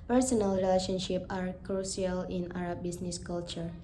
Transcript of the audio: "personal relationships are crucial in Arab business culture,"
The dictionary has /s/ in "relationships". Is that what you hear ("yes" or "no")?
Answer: no